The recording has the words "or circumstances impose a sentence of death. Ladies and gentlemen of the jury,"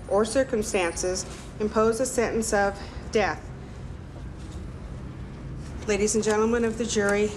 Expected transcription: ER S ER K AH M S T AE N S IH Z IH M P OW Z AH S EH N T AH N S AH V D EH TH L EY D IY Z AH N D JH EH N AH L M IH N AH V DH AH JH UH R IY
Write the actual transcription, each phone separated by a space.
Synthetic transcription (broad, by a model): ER S ER K AH M S T AE N S IH Z IH M P OW Z AH S EH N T N S AH V D EH TH L EY D IY Z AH N JH EH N L M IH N AH V DH AH JH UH R IY